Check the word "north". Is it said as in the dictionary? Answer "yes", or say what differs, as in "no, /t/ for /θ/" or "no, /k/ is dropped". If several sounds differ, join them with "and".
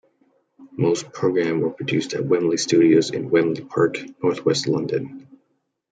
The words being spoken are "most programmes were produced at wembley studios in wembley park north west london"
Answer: yes